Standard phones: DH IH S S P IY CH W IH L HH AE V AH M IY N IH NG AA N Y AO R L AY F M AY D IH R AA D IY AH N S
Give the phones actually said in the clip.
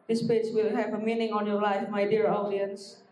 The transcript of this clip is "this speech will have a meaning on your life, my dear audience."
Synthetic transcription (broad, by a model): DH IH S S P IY S W IH L HH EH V AH M IY N IH NG AA N Y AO L AY F M AY D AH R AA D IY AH N S